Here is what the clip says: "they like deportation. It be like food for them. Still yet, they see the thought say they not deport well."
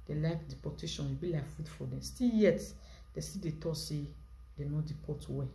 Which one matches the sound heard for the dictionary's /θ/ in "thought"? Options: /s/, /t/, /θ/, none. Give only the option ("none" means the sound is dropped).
/t/